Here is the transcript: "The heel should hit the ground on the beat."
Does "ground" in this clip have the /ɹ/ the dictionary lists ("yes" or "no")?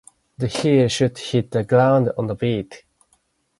no